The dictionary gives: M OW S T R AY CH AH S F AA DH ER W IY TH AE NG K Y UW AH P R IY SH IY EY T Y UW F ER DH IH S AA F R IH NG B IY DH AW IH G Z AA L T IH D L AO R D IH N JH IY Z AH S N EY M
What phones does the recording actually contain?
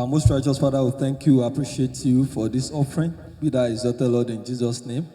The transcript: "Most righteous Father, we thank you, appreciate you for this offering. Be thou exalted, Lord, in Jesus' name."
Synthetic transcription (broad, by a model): M OW S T R AY CH AH S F AA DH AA W IY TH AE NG K Y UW AH P R IY SH IY EY T Y UW F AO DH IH S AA F R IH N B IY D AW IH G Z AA T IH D L AO D IH N JH IY Z AH S N EY M